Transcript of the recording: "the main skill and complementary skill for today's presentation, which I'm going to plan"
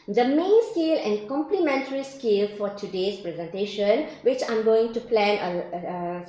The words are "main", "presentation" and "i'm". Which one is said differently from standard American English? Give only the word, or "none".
none